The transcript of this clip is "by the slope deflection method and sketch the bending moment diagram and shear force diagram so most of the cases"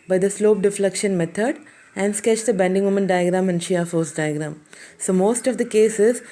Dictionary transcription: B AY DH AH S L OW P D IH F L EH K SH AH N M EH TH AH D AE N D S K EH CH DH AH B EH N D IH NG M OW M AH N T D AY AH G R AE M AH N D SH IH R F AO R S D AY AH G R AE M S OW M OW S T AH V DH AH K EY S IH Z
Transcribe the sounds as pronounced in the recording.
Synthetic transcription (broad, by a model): B AY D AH S L OW P D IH F L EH K SH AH N M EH T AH D AE N D S K EH CH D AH B EH N D IH NG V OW M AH N D AY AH G R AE M AH N D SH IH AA F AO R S D AY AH G R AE M S OW M OW S T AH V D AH K EY S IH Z